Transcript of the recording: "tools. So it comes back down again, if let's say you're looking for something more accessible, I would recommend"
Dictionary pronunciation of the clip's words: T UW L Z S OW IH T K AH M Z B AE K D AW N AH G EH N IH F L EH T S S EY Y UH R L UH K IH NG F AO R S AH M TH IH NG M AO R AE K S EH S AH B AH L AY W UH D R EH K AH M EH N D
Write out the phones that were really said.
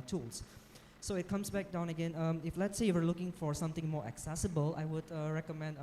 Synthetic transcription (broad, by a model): T UW L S S OW IH T K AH M S B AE K D AW N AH G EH N IH F L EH T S S EY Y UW W L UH K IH NG F AO R S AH M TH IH NG M AO R AE K S EH S AH B AH L AY W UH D R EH K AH M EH N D